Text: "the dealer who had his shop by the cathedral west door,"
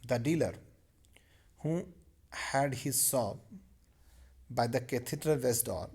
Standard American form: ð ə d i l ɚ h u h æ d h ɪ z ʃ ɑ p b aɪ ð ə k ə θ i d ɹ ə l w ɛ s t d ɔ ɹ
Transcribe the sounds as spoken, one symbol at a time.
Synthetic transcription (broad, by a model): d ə d i l ɚ h u h æ d h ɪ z s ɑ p b aɪ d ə k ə t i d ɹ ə l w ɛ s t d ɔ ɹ